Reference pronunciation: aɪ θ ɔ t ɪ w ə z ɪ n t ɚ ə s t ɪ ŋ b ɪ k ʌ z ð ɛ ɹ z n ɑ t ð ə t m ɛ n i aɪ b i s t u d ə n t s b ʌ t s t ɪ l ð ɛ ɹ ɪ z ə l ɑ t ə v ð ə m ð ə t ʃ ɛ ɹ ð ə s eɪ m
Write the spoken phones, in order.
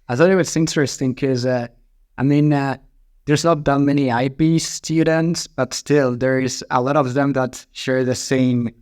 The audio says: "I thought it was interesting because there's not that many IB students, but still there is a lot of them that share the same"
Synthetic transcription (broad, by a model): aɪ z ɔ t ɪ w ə s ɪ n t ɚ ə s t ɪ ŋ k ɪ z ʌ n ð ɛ ɹ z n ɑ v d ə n m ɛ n i aɪ b i s t u d ə n t s b ʌ t s t ɪ l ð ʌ ɹ ɪ z ə l ɑ t ə v ð ə m ð ə t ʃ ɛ ɹ ð ə s eɪ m